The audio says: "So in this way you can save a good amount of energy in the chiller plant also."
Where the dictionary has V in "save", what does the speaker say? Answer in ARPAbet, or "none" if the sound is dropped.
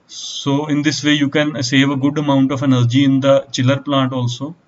V